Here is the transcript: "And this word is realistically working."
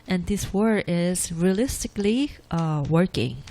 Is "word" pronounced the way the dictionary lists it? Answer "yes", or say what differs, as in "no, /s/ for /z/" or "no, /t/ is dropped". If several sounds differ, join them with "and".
no, /d/ is dropped